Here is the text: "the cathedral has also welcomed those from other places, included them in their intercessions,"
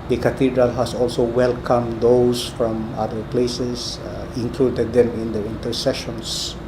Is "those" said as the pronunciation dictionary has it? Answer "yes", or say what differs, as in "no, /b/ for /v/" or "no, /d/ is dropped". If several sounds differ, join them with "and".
no, /s/ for /z/